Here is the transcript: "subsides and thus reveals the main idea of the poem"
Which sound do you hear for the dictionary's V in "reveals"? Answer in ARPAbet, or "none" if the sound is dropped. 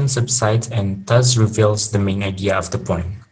V